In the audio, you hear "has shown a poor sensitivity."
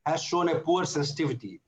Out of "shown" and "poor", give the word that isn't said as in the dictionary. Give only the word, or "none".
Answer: none